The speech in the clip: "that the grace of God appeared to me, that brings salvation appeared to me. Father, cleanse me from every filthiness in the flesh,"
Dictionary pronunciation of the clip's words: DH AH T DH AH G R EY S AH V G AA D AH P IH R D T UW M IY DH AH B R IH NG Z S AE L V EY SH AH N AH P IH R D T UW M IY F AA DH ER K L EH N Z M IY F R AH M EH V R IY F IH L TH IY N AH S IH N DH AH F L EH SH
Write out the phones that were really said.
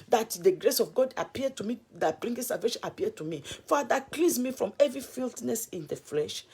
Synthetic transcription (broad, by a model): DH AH T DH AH G R EY S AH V G AA D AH P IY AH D T UW M IY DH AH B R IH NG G S AE L V EY SH AH N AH P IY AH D T UW M IY F AA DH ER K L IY Z M IY F R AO M EH V R IY F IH L T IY N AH S IH N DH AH F L EH SH